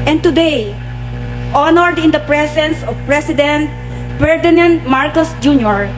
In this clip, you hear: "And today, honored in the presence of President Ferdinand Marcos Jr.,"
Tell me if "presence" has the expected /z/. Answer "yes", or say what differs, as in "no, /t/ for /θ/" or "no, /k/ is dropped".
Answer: no, /s/ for /z/